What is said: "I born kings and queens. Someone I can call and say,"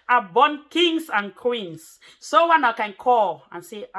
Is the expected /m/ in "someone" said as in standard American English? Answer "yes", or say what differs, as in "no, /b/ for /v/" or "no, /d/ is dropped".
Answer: no, /m/ is dropped